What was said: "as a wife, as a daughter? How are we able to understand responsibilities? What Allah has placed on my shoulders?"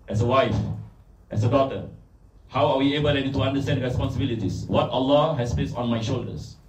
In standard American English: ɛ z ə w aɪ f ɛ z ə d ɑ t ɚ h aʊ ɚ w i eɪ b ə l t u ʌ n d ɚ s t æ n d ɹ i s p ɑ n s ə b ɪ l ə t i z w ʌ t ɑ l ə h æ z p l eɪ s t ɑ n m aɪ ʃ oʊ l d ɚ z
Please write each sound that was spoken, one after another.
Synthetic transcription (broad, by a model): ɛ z ə w aɪ f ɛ s ə d ɑ t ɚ h aʊ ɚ w i eɪ b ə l t u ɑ n d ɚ s t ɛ n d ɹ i s p ɑ n s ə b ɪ l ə t i s w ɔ t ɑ l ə h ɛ s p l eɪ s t ɑ n m aɪ ʃ oʊ l d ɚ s